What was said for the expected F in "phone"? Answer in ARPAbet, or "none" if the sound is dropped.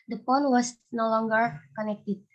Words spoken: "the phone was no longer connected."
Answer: P